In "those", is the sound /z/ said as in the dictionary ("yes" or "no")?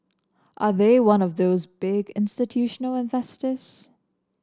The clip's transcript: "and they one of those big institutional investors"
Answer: yes